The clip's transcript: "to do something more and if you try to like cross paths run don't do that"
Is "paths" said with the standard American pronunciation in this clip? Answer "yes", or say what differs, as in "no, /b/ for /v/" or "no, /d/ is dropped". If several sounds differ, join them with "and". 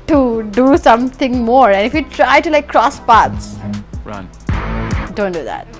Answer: no, /t/ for /θ/